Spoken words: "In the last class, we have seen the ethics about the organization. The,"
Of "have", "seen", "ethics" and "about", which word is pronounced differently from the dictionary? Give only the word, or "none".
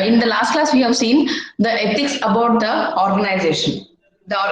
ethics